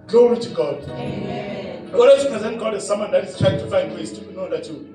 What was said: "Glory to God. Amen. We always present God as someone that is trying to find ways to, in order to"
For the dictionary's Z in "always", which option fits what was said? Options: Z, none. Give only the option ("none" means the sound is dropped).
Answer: none